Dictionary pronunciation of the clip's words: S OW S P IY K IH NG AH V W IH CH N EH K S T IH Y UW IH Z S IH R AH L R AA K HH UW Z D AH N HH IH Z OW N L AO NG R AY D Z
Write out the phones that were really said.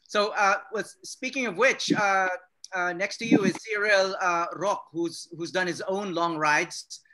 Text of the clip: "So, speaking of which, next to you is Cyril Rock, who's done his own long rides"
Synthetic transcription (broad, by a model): S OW S P IY K IH NG AH V W IH CH N EH K S T IH Y UW IH Z S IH R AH L R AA K HH UW Z D AH N HH IH Z OW N L AO NG R AY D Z